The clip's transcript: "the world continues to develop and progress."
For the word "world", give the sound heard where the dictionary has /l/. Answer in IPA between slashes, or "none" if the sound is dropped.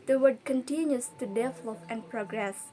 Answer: none